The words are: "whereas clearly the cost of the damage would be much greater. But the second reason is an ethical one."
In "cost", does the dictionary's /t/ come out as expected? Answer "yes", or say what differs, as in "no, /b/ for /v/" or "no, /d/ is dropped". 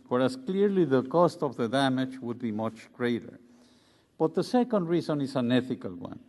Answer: yes